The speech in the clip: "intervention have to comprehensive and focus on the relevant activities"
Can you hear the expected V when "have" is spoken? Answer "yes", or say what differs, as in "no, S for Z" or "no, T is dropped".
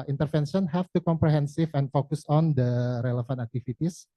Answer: no, F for V